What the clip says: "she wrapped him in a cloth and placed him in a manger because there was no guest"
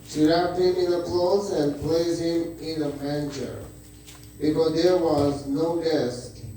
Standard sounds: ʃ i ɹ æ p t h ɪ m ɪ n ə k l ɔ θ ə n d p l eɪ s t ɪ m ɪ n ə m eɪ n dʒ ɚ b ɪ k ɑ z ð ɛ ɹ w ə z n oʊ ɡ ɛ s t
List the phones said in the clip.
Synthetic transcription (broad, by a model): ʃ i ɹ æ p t h ɪ m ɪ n ə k l ɔ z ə n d p l eɪ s ɪ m ɪ n ə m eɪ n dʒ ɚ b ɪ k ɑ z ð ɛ ɹ w ə z n oʊ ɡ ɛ s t